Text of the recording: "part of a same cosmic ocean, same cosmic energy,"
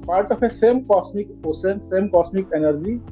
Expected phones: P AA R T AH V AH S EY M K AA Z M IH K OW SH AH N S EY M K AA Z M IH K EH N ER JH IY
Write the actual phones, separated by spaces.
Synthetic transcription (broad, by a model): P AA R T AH F AH S EY M K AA S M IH K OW S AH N S EY M K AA S M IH K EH N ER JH IY